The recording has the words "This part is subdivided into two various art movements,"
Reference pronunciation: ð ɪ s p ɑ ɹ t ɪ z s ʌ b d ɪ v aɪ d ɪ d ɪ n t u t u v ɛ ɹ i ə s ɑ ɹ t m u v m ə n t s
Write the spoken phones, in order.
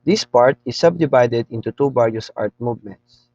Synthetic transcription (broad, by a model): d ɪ s p ɑ ɹ t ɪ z s ʌ b d ɪ v aɪ d ɪ d ɪ n t u t u b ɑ ɹ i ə s ɑ ɹ t m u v m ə n t s